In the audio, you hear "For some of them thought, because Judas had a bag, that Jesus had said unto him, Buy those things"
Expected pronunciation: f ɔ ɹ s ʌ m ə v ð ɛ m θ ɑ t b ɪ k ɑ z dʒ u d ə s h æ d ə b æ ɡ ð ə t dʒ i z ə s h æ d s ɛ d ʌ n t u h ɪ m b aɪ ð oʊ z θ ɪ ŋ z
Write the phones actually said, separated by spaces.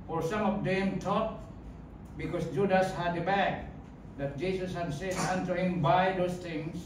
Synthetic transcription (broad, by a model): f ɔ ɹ s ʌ m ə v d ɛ m t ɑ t b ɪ k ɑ s dʒ u d ə s h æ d ə b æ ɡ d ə t dʒ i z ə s h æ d s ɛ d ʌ n t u h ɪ m b aɪ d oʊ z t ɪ ŋ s